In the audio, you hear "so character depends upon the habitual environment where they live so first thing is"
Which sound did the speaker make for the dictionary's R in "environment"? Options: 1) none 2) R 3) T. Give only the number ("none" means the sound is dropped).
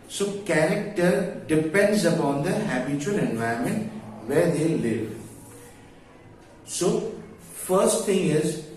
1